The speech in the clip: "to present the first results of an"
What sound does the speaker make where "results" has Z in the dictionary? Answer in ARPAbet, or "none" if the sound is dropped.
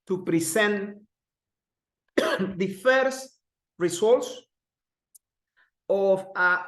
S